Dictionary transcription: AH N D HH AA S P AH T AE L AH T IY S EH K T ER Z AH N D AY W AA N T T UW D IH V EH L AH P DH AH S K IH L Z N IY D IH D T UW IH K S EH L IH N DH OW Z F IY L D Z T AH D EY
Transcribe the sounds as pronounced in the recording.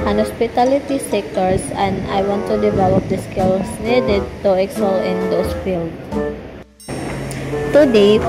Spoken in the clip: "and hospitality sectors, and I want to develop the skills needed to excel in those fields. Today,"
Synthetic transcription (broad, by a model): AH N HH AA S P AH T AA L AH T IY S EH K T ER S AH N D AY W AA N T T UW D IH V EH L AH P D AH S K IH L S N IY D IH D T UW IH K S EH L IH N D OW S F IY L D T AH D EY